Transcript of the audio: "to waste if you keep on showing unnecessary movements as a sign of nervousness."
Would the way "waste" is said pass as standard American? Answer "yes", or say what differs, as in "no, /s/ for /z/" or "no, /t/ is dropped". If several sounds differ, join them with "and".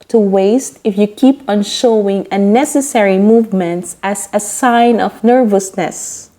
yes